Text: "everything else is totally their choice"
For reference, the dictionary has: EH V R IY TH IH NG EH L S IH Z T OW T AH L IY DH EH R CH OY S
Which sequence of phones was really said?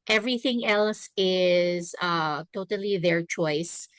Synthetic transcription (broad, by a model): EH V R IY TH IH NG EH L S IH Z T OW T AH L IY DH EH R CH OY S